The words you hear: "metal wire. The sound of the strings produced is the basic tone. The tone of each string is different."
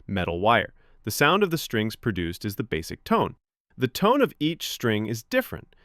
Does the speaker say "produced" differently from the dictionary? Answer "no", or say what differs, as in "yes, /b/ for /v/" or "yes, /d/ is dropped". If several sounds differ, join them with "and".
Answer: no